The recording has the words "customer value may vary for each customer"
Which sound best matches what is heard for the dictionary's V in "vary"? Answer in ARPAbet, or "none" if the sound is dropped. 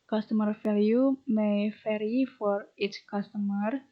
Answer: F